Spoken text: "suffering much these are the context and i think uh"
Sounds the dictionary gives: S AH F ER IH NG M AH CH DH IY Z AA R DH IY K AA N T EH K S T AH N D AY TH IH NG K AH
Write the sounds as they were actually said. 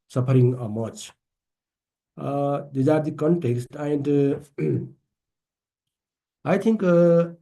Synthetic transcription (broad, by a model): S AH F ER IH NG M AH CH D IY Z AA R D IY K AA N T EH K S T AH N D AY T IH NG K